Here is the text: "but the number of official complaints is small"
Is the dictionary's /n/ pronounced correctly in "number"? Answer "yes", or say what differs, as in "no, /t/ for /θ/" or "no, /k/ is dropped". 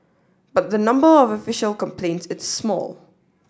yes